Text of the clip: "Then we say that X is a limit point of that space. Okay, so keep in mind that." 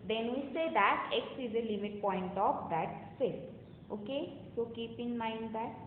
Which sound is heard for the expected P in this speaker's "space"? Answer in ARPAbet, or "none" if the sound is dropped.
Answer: none